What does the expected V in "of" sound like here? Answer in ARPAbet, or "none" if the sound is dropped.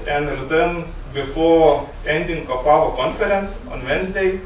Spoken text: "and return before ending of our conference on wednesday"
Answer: F